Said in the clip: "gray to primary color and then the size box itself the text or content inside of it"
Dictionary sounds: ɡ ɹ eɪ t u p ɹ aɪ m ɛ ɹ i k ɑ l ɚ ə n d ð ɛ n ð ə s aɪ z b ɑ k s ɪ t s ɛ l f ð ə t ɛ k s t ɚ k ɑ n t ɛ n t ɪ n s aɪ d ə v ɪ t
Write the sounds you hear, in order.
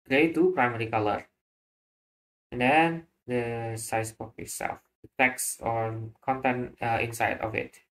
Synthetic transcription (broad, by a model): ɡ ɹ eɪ t u p ɹ aɪ m ɛ ɹ i k ɑ l ɚ ə n d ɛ n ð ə s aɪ s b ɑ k ɪ t s ɛ l f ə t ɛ k s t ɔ k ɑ n t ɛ n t ɪ n s aɪ d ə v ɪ t